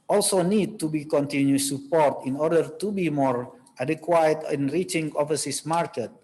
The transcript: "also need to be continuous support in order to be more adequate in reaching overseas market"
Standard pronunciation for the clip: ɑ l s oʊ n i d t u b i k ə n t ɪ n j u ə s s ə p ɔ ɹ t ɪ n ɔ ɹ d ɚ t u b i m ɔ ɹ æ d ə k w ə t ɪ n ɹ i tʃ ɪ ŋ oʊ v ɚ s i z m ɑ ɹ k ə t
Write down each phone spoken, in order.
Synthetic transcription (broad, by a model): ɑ l s oʊ n i d t u b i k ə n t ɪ n j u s s ə p ɔ ɹ t ɪ n ɔ ɹ d ɚ t u b i m ɔ ɹ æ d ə k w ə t ɪ n ɹ i tʃ ɪ ŋ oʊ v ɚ s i s m ɑ ɹ k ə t